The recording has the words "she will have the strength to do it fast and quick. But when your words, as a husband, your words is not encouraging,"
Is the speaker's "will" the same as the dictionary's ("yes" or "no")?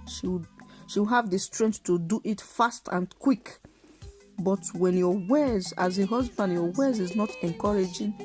no